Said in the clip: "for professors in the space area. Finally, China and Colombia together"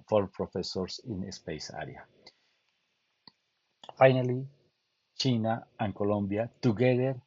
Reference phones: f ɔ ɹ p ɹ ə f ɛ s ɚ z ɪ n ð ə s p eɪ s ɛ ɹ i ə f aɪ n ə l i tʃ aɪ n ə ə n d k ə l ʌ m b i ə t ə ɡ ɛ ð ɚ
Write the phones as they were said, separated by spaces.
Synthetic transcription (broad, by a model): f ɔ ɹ p ɹ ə f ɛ s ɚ s ɪ n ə s p eɪ s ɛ ɹ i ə f aɪ n ə l i tʃ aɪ n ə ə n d k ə l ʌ m b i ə t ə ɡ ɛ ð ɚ